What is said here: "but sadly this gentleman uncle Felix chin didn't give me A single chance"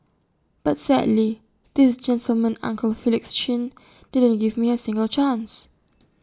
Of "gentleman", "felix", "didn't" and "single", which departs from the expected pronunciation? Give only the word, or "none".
none